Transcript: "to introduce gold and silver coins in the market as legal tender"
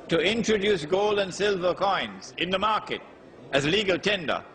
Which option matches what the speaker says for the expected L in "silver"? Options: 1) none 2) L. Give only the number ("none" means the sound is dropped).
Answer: 2